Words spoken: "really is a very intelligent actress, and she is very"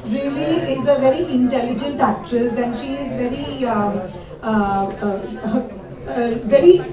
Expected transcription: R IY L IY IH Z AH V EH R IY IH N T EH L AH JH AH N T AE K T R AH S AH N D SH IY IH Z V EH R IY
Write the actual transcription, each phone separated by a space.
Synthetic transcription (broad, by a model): R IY L IY IH Z AH V EH R IY IH N T EH L AH JH AH N T AE K T R AH S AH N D SH IY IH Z V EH R IY